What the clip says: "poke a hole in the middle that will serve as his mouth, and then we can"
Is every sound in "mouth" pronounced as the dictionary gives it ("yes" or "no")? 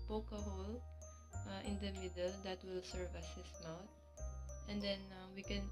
no